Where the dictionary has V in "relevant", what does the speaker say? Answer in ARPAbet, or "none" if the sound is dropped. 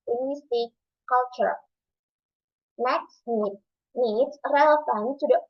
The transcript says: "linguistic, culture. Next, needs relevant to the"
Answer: F